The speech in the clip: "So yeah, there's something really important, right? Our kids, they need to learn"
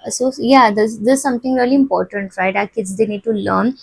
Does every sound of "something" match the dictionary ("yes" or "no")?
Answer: no